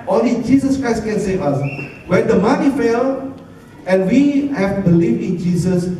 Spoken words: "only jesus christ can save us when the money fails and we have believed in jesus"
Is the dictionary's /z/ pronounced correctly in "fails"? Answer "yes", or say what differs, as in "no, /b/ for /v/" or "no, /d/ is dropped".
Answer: no, /z/ is dropped